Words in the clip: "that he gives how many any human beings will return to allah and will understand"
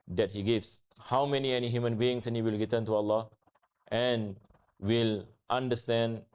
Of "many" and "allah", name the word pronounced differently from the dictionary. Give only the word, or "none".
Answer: none